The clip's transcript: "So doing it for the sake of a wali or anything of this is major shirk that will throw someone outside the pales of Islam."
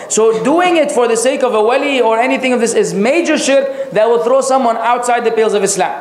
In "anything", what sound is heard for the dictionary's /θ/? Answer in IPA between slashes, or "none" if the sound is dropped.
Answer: /θ/